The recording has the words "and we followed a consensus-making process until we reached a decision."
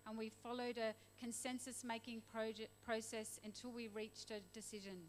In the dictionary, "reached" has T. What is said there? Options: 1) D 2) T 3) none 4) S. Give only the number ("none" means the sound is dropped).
2